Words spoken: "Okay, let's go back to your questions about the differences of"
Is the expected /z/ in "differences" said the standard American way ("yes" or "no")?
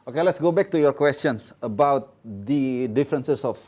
no